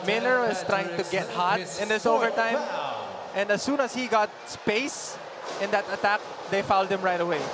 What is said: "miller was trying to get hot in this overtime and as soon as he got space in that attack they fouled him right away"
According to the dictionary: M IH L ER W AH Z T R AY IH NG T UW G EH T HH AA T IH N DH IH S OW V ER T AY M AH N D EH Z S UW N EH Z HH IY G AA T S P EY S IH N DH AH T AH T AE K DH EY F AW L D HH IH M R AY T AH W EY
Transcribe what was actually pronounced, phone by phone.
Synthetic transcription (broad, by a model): M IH L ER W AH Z T R AY IH NG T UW G EH T HH AA T IH N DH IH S OW V ER T AY M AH N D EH S UW N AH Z HH IY G AA T S P EY S IH N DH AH T AH T AE K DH EY F AW L D HH IH M R AY T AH W EY